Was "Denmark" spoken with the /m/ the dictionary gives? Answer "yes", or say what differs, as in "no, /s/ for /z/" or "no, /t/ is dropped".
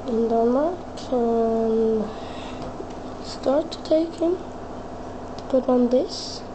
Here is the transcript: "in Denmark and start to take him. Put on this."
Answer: no, /m/ is dropped